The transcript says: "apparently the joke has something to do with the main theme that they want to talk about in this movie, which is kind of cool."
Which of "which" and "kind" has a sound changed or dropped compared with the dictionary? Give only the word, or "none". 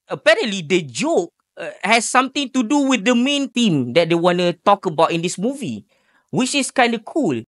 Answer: none